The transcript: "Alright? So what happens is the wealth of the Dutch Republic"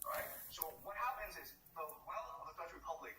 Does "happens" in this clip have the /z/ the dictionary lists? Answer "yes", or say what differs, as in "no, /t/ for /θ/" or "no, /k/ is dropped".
yes